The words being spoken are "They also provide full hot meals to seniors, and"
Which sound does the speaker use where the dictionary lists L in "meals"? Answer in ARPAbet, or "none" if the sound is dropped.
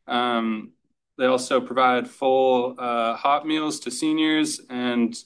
L